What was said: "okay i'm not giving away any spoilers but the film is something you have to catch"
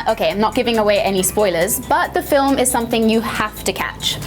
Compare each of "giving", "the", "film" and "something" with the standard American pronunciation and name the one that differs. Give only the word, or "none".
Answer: none